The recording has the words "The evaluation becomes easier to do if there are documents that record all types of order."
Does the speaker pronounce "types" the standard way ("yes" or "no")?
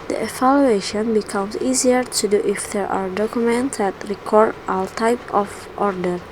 no